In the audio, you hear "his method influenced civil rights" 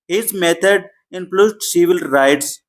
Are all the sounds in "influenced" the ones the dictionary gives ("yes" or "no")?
no